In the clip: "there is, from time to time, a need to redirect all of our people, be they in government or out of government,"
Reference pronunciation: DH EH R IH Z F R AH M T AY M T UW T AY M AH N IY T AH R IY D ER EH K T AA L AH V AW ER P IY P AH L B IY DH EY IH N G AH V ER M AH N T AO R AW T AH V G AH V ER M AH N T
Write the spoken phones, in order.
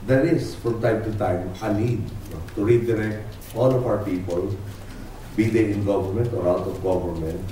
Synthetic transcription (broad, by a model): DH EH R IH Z F R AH M T AY M T UW T AY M AH L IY T AH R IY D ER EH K AA L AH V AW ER P IY P AH L B IY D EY IH N G AH V ER M AH N T AO R AW T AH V G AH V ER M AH N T